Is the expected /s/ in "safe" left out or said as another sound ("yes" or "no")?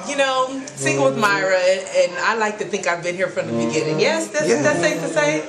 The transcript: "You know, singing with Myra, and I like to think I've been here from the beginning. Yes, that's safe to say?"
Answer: yes